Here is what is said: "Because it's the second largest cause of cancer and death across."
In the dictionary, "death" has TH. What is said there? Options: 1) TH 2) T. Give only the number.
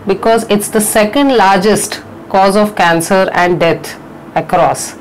2